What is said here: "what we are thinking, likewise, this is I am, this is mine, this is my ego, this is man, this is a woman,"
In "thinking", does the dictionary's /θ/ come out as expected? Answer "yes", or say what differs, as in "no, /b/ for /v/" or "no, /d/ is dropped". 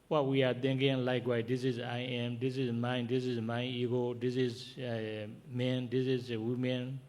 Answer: no, /t/ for /θ/